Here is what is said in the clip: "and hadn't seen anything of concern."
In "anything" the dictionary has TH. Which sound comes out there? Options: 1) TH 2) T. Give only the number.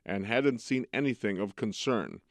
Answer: 1